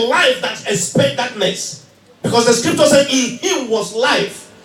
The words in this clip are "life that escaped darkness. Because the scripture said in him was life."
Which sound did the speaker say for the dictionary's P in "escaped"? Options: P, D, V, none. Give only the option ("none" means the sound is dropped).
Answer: none